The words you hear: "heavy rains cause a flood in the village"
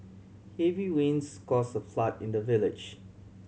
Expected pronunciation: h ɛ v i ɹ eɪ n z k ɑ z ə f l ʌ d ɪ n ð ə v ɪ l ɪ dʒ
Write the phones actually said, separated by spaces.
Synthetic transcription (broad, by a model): h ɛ v i w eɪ n s k ɑ s ə f l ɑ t ɪ n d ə v ɪ l ɪ dʒ